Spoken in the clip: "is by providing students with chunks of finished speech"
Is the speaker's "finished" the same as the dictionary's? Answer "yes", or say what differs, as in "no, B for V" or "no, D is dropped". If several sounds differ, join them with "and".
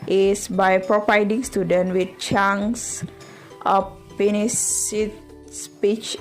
no, S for SH